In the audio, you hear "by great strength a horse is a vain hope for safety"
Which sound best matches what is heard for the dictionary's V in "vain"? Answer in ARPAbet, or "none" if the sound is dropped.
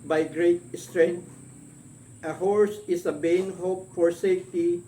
B